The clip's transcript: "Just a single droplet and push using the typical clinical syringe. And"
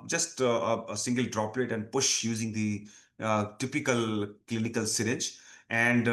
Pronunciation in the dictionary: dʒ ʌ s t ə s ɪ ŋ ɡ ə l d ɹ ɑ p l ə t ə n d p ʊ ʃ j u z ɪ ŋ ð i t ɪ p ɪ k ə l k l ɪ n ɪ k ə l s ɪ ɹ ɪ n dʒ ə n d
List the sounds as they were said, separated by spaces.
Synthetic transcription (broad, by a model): dʒ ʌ s t ə s ɪ ŋ ɡ ə l d ɹ ɑ p l ə t ə n d p ʊ ʃ j u z ɪ ŋ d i t ɪ p ɪ k ə l k l ɪ n ɪ k ə l s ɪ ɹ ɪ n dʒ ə n d